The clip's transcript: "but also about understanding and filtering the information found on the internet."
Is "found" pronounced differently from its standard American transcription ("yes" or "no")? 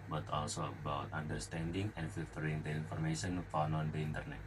yes